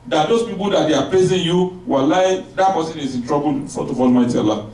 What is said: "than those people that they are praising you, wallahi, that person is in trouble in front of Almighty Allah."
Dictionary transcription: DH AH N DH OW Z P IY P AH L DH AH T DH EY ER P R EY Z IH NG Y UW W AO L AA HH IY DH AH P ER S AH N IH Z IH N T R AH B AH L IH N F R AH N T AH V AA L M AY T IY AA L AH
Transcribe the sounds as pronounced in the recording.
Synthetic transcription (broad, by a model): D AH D OW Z P IY P AH L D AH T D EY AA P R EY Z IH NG Y UW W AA L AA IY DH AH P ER S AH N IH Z IH N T R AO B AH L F AO T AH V AA L M AY T IY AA L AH